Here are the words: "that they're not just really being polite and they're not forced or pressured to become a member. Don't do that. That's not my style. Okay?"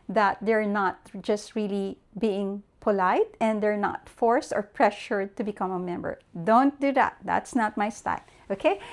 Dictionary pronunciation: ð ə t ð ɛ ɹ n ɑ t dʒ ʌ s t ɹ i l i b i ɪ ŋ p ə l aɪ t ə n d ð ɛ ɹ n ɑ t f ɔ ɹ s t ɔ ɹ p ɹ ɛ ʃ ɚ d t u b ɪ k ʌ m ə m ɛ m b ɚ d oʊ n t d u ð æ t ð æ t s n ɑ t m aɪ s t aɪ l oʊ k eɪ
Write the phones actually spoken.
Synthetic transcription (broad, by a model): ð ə t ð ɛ ɹ n ɑ t dʒ ʌ s t ɹ i l i b i ɪ ŋ p ə l aɪ t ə n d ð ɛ ɹ n ɑ t f ɔ ɹ s t ɔ ɹ p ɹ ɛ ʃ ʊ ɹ t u b ɪ k ʌ m ə m ɛ m b ɚ d oʊ n t d u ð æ t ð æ t s n ɑ t m aɪ s t aɪ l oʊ k eɪ